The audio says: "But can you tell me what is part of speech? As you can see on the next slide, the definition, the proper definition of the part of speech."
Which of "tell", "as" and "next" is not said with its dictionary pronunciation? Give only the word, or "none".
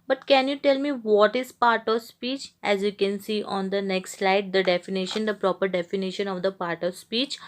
none